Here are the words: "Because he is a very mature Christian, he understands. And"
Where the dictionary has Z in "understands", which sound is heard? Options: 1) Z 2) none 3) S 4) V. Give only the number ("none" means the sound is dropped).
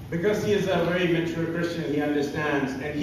1